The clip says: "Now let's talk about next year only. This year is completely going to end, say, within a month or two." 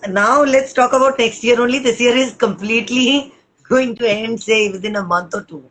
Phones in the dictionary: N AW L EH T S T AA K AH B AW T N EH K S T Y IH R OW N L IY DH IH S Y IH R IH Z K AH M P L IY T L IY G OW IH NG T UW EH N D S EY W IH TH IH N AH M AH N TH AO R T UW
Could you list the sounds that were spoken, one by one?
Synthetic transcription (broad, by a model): N AW L EH T S T AA K AH B AW T N EH K S T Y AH R OW N L IY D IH S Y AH R IH Z K AH M P L IY T L IY G OW IH NG T UW EH N D S EY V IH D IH N AH M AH N T AO R T UW